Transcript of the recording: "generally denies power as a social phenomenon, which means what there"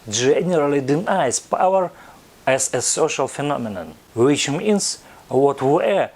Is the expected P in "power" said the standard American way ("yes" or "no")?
yes